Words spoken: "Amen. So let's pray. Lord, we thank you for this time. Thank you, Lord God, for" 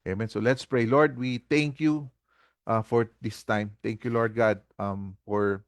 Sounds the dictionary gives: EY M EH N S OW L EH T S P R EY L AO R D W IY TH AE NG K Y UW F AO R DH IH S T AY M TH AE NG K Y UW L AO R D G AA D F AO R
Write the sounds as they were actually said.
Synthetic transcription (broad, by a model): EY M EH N S OW L EH T S P R EY L AO R D W IY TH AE NG K Y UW F AO R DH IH S T AY M T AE NG K Y UW L AO R D G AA D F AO R